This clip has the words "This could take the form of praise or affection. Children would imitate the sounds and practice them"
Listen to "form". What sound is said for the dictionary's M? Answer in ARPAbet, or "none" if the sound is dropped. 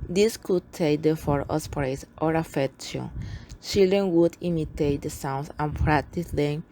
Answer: none